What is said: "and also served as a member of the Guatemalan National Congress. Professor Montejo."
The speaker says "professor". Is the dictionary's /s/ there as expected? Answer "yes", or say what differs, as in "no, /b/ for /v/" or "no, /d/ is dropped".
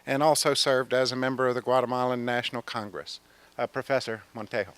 yes